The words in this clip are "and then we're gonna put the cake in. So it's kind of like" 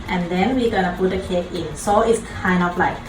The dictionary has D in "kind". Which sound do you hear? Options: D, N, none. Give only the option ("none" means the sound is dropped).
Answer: none